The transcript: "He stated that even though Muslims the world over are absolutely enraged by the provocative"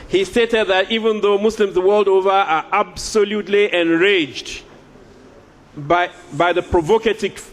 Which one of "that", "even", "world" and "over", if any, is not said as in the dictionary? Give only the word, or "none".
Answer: none